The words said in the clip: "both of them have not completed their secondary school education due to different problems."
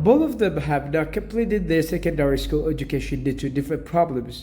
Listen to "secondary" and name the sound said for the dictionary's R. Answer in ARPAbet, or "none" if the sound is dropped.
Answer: R